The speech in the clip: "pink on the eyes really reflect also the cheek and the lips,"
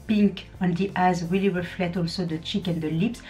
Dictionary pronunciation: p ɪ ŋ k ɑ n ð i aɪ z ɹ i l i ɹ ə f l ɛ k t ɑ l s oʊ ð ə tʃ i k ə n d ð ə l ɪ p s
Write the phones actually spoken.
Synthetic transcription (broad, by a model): p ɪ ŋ k ɑ n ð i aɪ z w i l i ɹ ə f l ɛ t ɑ l s oʊ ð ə tʃ i k ə n d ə l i p s